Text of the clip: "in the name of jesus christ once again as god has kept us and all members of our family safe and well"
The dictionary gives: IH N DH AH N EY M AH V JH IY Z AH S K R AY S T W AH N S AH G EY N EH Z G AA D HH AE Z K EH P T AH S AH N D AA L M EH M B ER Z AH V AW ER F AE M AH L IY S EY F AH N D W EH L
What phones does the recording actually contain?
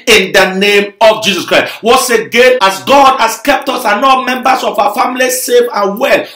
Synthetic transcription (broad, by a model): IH N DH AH N EY M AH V JH IY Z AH S K R AY S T W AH S AH G EY N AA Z G AA D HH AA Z K EH P T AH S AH N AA M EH M B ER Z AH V AW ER F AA M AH L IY S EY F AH N W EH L